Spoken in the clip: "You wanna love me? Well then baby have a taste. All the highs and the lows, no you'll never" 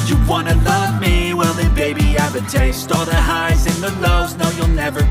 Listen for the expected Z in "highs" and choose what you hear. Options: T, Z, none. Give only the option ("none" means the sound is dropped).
Z